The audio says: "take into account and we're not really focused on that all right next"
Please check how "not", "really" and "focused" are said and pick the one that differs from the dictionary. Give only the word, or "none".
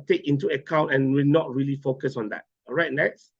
focused